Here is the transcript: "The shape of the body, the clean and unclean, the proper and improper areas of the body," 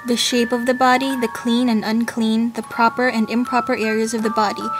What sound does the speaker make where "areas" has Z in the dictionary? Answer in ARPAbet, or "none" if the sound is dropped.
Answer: Z